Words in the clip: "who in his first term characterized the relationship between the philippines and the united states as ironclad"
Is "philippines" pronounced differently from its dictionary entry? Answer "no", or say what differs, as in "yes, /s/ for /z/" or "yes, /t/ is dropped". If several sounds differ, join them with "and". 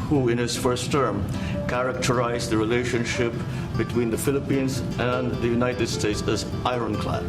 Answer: no